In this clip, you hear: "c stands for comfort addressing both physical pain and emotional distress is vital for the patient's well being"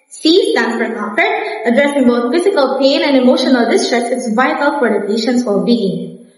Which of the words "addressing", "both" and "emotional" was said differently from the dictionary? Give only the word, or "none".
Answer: both